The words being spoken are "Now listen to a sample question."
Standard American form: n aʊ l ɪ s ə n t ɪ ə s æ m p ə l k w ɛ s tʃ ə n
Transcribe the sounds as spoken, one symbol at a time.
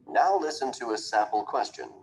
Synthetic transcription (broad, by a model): n aʊ l ɪ s ə n t ɪ ə s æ p l k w ɛ s tʃ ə n